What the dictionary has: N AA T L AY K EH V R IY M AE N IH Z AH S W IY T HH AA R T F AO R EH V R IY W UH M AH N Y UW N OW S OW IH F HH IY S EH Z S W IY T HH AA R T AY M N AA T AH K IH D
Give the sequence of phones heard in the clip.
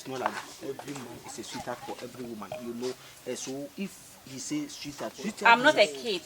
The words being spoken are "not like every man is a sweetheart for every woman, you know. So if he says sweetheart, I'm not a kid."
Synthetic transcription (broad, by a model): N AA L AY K EH V R IY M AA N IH S AH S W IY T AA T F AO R EH V R IY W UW M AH N Y UW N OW S OW IH F HH IY S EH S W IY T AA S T AY M N AA T AH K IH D